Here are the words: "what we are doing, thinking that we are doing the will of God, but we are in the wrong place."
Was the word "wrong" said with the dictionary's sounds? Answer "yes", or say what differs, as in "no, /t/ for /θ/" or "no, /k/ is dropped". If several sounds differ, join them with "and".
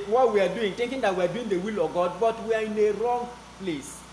yes